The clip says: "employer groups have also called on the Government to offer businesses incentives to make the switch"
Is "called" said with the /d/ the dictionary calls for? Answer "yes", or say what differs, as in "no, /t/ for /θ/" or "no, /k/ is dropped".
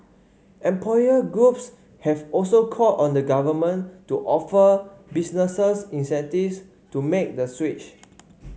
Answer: no, /d/ is dropped